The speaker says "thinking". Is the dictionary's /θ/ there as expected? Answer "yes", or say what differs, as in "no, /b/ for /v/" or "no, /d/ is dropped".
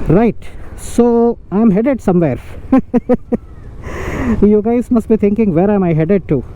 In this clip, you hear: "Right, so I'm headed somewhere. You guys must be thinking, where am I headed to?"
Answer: no, /t/ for /θ/